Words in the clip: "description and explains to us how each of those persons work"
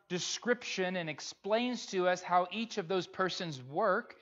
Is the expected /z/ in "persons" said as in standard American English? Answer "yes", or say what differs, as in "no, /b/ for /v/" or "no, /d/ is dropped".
yes